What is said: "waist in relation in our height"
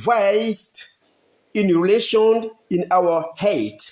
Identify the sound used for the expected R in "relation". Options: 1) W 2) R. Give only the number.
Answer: 2